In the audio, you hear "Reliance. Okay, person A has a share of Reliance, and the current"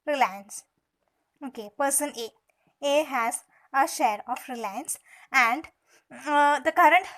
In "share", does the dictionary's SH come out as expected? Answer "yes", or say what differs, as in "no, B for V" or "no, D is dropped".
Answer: yes